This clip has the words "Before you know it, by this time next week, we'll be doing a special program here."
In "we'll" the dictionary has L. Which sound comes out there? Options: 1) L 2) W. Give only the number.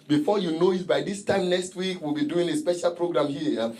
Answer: 1